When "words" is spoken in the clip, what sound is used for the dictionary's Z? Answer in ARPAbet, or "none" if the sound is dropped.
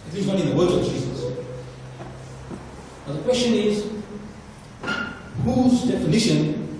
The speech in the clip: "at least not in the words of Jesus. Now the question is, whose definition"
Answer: none